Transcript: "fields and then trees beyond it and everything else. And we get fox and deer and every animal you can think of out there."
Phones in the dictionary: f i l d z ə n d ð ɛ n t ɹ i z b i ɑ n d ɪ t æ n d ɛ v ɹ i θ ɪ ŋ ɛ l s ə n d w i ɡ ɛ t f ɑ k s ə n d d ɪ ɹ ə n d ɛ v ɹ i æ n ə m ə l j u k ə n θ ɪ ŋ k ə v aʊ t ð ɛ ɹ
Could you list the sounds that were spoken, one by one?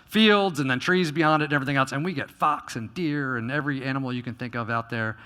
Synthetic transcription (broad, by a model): f i l d z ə n ð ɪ n t ɹ i z b i ɑ n d ɪ t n ɛ v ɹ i θ ɪ ŋ ɛ l s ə n w i ɡ ɛ t f ɑ k s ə n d d ɪ ɹ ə n ɛ v ɹ i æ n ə m l j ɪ k ə n θ ɪ ŋ k ə v aʊ t ð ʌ ɹ